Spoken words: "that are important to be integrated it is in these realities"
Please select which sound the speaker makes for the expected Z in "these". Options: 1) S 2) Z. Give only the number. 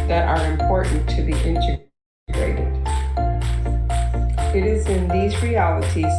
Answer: 2